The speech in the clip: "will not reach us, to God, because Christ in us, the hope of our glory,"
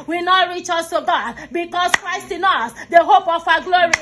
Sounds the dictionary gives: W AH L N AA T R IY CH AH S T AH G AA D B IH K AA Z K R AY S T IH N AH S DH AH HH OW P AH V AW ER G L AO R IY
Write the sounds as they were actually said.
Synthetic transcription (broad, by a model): W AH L N AA T R IY CH AH S T AH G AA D B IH K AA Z K R AY S T IH N AH S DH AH HH OW P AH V AW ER G L AO R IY